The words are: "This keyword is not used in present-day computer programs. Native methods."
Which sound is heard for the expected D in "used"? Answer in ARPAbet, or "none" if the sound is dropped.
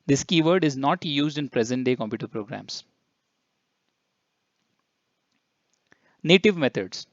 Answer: D